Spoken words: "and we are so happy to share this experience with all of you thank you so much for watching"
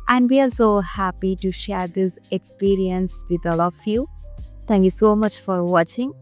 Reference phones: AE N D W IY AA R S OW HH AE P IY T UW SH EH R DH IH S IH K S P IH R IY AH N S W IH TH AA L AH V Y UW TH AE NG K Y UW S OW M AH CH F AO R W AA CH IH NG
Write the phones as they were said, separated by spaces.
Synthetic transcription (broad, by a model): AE N D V IY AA L S OW HH AE P IY T UW SH EH R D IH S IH K S P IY R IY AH N S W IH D AA L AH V Y UW T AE NG K Y UW S OW M AH CH F AO R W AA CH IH NG